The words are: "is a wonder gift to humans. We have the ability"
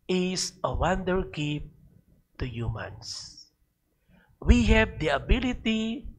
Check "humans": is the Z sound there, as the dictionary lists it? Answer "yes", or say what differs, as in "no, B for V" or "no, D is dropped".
no, S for Z